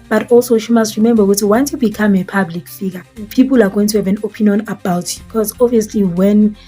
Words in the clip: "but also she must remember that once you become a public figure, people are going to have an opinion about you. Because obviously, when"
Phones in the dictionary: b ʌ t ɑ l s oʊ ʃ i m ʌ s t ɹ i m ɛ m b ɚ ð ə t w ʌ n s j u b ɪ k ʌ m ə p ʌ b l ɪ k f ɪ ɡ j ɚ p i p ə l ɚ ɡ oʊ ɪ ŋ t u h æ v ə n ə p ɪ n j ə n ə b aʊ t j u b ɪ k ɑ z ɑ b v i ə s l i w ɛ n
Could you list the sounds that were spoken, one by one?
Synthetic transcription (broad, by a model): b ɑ t ɑ l s oʊ ʃ i m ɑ s t ɹ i m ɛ m b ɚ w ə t w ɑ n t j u b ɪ k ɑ m ə p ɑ b l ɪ k f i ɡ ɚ p i p ə l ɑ ɡ oʊ ɪ ŋ t u h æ v ə n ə p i n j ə n ə b aʊ t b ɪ k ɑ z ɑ v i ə s l i w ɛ n